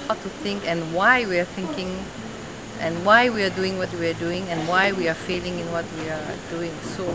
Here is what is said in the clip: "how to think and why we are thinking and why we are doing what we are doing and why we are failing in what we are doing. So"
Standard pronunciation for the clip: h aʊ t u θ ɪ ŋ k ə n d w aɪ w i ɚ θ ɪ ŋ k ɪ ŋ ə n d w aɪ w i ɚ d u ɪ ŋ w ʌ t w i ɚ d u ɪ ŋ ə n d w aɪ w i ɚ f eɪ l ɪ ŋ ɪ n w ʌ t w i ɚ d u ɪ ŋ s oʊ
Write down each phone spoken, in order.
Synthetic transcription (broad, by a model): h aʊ t u θ ɪ ŋ k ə n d w aɪ w i ɚ θ ɪ ŋ k ɪ ŋ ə n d w aɪ w i ɚ d u ɪ ŋ w ʌ t w i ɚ d u ɪ ŋ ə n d w aɪ w i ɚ f eɪ l ɪ ŋ ɪ n w ʌ t w i ɚ d u ɪ ŋ s oʊ